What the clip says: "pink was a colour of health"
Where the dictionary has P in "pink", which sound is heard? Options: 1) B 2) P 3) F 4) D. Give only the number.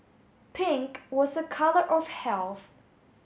2